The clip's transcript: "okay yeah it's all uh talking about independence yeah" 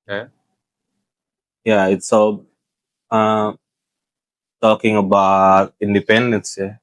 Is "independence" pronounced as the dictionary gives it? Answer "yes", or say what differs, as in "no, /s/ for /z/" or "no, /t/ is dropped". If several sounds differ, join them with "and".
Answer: yes